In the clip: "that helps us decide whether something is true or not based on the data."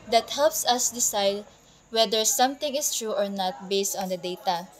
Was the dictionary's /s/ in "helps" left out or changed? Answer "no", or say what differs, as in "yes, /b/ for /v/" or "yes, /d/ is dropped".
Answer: no